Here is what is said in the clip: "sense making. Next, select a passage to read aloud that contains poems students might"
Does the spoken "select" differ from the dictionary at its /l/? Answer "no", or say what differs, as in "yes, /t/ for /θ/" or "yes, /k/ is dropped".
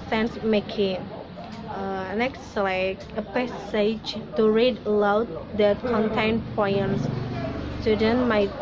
yes, /l/ is dropped